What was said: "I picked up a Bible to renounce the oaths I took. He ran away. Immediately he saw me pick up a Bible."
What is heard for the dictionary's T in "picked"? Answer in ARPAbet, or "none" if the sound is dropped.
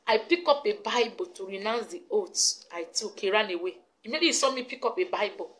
none